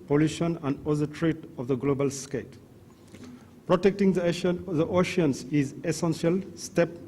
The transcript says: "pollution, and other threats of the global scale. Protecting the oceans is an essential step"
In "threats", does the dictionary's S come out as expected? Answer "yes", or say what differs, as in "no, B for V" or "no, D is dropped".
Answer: no, S is dropped